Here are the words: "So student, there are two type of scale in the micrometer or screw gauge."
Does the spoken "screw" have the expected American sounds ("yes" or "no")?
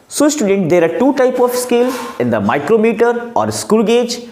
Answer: no